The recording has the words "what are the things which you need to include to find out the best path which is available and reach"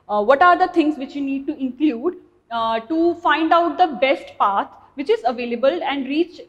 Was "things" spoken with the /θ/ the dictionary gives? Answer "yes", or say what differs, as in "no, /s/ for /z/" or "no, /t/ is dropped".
no, /t/ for /θ/